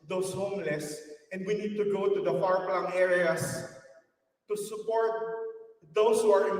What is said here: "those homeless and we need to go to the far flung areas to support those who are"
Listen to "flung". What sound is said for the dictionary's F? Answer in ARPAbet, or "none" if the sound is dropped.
P